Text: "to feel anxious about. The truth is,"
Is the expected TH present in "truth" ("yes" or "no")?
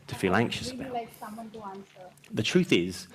yes